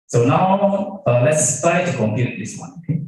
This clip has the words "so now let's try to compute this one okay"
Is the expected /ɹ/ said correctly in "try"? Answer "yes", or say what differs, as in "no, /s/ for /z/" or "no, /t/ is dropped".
no, /ɹ/ is dropped